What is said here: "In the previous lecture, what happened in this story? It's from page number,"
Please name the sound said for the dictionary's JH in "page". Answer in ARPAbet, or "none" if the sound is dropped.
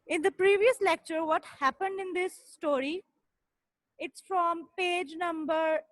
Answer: JH